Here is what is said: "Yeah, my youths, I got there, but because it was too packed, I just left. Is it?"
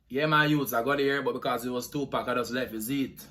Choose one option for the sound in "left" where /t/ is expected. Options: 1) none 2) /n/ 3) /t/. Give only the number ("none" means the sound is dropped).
1